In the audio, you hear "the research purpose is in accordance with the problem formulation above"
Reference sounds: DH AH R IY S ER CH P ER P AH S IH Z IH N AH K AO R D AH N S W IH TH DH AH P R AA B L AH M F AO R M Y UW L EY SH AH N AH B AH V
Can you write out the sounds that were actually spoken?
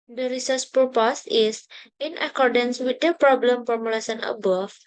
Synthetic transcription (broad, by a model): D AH R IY S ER S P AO P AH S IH S IH N AH K AO R D AH N S W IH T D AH P R AA B L AH M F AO R M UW L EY S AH N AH B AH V